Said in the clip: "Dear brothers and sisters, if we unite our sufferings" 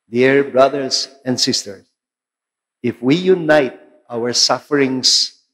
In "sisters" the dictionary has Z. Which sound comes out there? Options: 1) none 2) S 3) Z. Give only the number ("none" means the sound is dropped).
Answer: 2